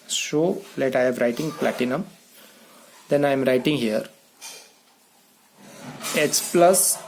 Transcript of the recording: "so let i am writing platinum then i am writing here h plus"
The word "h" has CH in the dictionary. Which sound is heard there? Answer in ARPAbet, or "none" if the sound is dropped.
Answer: S